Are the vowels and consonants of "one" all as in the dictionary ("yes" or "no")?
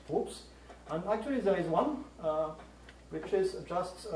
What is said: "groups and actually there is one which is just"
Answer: yes